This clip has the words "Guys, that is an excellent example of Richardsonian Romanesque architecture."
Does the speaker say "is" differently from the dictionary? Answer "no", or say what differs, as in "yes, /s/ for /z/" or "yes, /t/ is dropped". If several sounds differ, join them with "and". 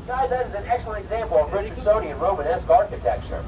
no